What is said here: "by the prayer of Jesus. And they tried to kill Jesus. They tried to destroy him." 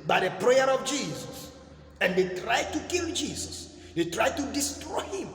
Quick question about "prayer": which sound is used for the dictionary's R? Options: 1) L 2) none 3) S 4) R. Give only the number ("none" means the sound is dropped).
4